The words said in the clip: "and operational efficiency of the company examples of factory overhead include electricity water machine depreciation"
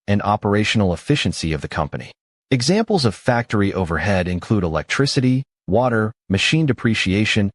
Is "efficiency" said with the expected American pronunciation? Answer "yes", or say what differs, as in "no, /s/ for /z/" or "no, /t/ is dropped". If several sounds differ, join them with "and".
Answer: yes